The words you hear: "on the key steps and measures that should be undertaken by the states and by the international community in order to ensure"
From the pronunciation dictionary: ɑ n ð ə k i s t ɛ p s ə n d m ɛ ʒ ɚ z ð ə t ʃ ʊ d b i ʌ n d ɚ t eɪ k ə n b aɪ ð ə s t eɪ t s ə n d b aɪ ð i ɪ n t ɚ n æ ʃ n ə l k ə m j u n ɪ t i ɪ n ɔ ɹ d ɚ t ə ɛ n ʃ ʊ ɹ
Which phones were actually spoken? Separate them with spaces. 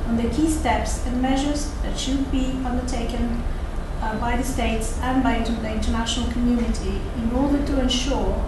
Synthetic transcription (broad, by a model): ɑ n ð ə k i s t ɛ p s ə n m ɛ ʒ ɚ z ð ə t ʃ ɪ d b i ʌ n d ɚ t eɪ k ə n b aɪ ð ə s t eɪ t s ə n b aɪ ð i ɪ n t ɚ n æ ʃ n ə l k ə m j u n ɪ t i ɪ n ɔ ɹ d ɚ t ə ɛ n ʃ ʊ ɹ